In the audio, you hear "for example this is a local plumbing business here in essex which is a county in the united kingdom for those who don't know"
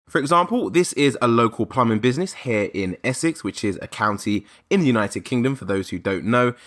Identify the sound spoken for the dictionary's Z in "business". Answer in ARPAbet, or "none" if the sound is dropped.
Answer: Z